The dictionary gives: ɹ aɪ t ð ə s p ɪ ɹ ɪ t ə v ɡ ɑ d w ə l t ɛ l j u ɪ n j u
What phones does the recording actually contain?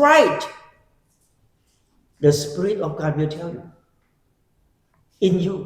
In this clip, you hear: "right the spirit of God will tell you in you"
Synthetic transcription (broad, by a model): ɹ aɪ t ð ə s p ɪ ɹ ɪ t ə f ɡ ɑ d w ə l t ɛ l j u ɪ n j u